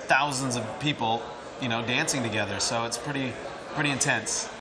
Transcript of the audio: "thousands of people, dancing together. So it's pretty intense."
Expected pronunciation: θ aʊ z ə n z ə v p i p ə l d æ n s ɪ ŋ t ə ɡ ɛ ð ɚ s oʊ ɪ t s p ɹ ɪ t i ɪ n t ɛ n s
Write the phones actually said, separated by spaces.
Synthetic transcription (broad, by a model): θ aʊ z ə n z ə v p i p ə n d æ n s ɪ ŋ t ə ɡ ɛ ð ɚ s oʊ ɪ t s p ɹ ɪ t i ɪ n t ɛ n s